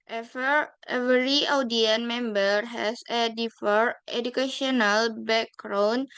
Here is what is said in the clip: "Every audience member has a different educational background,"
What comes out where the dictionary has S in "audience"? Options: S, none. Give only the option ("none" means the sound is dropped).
none